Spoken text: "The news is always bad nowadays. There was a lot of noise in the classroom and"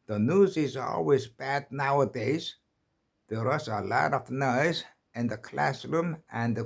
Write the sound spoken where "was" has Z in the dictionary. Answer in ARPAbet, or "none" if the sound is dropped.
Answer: S